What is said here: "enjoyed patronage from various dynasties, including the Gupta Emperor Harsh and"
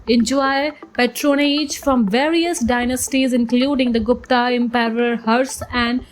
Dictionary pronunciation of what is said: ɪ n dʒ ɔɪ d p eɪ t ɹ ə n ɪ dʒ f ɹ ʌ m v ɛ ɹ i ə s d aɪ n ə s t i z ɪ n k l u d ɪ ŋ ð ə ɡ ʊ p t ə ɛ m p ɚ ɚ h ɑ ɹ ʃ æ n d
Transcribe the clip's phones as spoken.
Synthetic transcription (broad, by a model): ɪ n dʒ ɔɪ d p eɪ t ɹ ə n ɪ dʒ f ɹ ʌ m v ɛ ɹ i ə s d aɪ n ə s t i z ɪ n k l u d ɪ ŋ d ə ɡ ʊ p t ə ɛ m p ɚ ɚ h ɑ ɹ s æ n d